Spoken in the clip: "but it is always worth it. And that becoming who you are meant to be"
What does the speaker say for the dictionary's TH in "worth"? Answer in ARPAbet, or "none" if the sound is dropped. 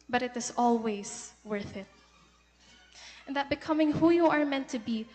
TH